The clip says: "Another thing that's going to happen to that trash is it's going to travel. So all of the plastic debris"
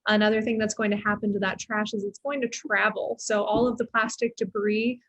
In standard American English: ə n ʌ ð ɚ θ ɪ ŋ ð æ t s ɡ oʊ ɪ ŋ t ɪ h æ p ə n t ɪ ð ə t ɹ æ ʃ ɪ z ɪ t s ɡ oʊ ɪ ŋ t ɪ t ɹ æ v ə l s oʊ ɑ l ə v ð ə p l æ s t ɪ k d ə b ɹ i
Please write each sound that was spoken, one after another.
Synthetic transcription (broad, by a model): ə n ʌ ð ɚ θ ɪ ŋ ð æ t s ɡ oʊ ɪ ŋ t ɪ h æ p ə n t ɪ ð ə t ɹ æ ʃ ɪ z ɪ t s ɡ oʊ ɪ ŋ t ɪ t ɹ æ v l s oʊ ɑ l ə v ð ə p l æ s t ɪ k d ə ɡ ɹ i